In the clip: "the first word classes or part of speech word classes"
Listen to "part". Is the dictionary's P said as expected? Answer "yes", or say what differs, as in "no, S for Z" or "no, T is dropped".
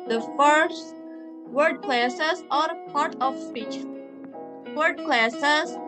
yes